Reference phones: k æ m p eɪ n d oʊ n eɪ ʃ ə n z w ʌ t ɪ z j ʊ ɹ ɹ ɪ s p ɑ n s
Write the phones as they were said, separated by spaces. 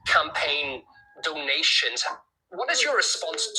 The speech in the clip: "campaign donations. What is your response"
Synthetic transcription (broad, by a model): k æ m p eɪ n d oʊ n eɪ ʃ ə n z w ʌ t ɪ z j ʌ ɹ ɹ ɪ s p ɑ n s